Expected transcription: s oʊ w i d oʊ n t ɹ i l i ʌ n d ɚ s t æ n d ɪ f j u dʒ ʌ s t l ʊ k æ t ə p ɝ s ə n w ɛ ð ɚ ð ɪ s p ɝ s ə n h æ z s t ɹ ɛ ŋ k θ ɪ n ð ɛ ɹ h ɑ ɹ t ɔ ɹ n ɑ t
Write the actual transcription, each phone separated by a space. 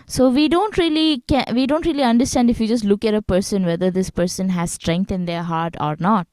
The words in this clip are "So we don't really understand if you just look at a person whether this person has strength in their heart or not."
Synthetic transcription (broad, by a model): s oʊ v i d oʊ n t ɹ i l i ʌ n d ɚ s t æ n d ɪ f j u dʒ ʌ s t l ʊ k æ t ə p ɝ s ə n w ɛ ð ɚ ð ɪ s p ɝ s ə n h æ z s t ɹ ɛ ŋ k t ɪ n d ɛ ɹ h ɑ ɹ t ɔ ɹ n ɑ t